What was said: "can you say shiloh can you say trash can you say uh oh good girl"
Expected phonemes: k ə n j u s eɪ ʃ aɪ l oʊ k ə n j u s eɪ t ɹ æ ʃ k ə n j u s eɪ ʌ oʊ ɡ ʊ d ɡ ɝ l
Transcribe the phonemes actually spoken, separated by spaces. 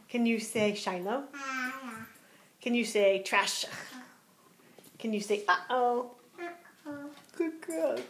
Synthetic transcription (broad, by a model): k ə n j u s eɪ ʃ aɪ n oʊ k ə n j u s eɪ t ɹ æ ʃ k ə n j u s eɪ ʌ oʊ ɡ ʊ d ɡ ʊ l